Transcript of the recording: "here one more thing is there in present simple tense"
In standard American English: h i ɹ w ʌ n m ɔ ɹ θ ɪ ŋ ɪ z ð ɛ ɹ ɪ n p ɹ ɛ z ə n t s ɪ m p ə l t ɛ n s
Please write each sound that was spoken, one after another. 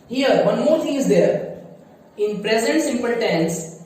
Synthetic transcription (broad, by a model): h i ɹ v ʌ n m ɔ ɹ t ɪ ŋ ɪ z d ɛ ɹ ɪ n p ɹ ɛ z ə n t s ɪ m p ə l t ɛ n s